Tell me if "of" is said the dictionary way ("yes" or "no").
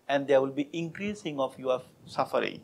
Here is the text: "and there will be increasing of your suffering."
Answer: no